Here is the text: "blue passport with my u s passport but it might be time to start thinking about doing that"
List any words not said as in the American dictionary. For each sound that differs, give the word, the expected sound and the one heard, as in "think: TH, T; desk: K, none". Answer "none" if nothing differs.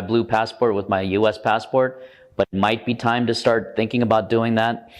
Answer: none